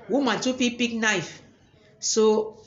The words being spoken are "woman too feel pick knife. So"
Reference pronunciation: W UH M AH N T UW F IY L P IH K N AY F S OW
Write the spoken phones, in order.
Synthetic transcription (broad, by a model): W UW M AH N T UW P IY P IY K N AY F S OW